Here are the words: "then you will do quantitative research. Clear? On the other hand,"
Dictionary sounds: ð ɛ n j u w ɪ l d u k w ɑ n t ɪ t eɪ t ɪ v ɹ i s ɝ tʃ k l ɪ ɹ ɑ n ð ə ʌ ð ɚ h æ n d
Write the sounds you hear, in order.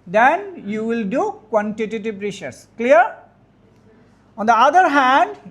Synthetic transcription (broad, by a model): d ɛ n j u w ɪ l d u k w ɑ n t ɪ t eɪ t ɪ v ɹ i ʃ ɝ s k l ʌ ɹ ɑ n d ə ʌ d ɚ h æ n d